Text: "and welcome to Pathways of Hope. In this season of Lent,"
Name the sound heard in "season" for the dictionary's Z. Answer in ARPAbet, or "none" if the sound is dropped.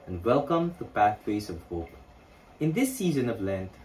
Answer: Z